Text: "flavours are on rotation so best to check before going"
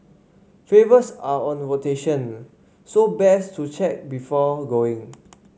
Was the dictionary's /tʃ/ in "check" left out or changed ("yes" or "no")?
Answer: no